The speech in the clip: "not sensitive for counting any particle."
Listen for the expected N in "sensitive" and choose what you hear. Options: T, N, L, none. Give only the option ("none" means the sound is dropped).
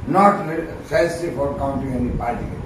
none